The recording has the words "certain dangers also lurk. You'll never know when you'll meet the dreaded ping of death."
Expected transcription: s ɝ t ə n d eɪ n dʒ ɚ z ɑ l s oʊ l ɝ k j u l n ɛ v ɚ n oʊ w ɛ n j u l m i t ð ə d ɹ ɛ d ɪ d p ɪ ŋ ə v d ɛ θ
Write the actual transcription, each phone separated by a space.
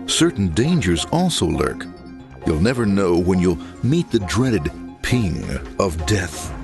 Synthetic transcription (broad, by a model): s ɝ t n d eɪ n dʒ ɚ z ɑ l s oʊ l ɝ k j u l n ɛ v ɚ n oʊ w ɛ n j u l m i t ð ə d ɹ ɛ d ɪ d p ɪ ŋ ə v d ɛ θ